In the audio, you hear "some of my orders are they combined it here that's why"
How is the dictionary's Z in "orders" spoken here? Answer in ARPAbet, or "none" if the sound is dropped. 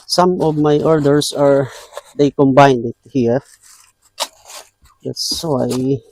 S